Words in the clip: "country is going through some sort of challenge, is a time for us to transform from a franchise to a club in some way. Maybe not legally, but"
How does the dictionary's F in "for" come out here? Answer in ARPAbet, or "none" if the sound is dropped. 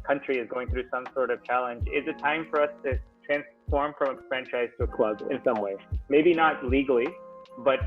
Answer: F